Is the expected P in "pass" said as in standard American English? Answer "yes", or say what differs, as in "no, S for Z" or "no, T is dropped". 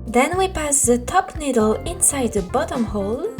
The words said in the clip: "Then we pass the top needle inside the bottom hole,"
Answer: yes